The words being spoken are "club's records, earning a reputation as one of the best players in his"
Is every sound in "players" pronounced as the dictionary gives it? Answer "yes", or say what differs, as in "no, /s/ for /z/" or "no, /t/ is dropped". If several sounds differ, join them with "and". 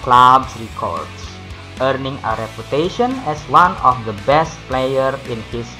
no, /z/ is dropped